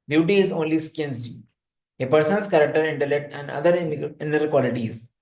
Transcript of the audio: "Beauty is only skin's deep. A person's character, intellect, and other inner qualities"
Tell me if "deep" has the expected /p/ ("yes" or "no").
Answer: no